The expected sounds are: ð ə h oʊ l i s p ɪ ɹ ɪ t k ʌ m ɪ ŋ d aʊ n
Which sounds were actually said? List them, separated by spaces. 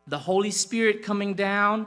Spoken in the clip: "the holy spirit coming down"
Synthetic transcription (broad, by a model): ð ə h oʊ l i s p ɪ ɹ ɪ t k ʌ m ɪ ŋ d aʊ n